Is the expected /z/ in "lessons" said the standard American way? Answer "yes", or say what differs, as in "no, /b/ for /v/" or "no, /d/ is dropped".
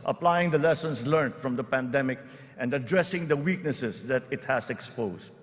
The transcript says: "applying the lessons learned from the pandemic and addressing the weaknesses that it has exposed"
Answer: no, /s/ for /z/